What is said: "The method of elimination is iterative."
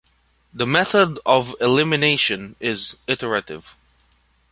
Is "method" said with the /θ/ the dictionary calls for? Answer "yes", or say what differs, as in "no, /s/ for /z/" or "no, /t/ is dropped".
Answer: yes